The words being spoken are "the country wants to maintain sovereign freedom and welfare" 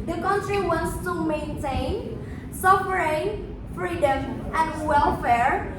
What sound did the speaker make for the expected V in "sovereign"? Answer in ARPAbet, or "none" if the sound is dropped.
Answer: F